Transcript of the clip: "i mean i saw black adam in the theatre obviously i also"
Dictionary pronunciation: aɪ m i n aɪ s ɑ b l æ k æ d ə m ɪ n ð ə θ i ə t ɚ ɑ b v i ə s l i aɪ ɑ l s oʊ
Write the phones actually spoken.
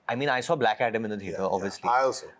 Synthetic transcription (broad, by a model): aɪ m i n aɪ s ɑ b l æ k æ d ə m ɪ n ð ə t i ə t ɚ ɑ b v i ə s l i aɪ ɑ l s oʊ